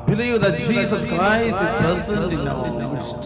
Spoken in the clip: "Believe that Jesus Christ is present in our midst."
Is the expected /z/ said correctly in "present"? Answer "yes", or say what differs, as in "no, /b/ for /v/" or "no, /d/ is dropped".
no, /s/ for /z/